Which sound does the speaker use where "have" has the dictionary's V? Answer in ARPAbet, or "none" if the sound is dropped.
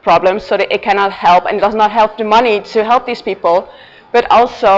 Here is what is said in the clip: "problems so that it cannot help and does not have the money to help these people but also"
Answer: P